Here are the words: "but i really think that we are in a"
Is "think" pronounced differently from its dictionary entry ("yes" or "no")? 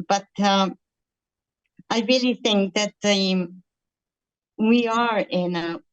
no